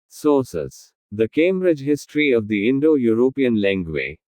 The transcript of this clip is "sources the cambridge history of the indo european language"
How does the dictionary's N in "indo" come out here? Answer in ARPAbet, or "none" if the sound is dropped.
N